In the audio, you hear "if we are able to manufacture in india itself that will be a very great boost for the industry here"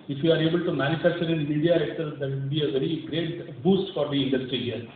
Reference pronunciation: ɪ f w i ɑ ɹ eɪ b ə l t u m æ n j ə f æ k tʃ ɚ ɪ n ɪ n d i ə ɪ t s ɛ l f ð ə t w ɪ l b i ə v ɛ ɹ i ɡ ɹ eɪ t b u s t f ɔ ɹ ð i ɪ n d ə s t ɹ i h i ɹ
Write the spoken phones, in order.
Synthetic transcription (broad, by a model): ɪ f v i ɑ ɹ eɪ b ə l t u m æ n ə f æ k tʃ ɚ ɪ n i d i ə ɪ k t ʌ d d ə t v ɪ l b i ə v ɛ ɹ i ɡ ɹ eɪ t b u s t f ɔ ɹ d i ɪ n d ə s t ɹ i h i ɹ